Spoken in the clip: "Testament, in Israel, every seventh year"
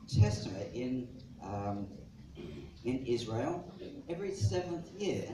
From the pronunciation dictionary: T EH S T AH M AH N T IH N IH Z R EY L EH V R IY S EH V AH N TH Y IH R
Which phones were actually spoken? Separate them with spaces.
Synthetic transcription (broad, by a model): T EH S T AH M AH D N IH N IH Z R EY L EH V R IY S EH V AH N TH Y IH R